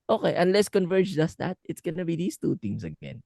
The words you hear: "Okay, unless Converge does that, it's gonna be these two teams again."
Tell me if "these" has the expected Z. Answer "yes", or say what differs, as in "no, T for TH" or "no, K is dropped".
no, S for Z